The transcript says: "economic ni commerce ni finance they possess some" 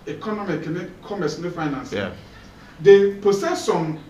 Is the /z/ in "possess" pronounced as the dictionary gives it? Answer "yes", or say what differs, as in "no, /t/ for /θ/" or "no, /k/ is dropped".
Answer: no, /s/ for /z/